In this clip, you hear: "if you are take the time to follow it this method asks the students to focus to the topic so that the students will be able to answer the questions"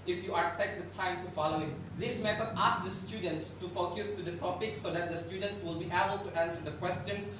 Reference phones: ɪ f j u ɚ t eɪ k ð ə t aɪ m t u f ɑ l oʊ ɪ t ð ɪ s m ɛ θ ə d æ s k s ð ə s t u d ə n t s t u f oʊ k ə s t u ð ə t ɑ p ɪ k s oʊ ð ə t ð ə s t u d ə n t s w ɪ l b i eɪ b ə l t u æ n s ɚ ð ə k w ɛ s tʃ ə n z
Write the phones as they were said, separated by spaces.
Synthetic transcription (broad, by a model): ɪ f j u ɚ t eɪ k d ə t aɪ m t u f ɑ l oʊ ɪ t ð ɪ s m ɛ t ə ɑ s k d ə s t u d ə n t s t u f oʊ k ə s t u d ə t ɑ p ɪ k s oʊ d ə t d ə s t u d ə n t s w ɪ l b i eɪ b ə l t u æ n s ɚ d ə k w ɛ s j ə n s